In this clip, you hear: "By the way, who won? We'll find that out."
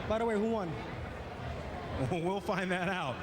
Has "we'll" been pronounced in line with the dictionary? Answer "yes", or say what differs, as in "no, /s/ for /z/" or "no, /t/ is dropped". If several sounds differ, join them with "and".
yes